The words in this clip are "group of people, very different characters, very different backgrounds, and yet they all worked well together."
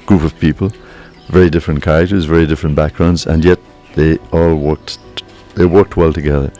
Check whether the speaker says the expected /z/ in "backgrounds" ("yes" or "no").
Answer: yes